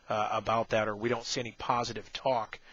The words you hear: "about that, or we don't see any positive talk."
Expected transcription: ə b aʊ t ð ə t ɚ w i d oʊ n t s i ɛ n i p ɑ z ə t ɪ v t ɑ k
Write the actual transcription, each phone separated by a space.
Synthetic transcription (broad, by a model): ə b aʊ t ð ə t ɚ w i d oʊ n t s i ɛ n i p ɑ z ə t ɪ v t ɑ k